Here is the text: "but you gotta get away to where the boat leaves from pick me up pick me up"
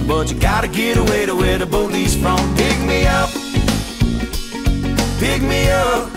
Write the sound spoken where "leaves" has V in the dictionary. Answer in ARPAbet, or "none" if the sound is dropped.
none